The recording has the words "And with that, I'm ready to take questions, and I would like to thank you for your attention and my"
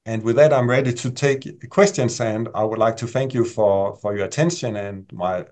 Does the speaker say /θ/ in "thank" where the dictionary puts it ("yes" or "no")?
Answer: yes